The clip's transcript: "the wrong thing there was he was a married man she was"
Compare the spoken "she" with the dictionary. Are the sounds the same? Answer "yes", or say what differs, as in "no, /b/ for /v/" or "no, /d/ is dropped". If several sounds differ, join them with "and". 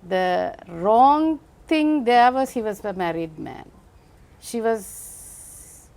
yes